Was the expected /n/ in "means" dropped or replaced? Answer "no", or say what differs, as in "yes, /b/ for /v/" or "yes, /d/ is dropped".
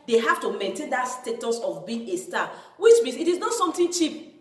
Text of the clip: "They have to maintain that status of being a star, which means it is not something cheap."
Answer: yes, /n/ is dropped